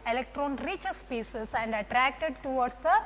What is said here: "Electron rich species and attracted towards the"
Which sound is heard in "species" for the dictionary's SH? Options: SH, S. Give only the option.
S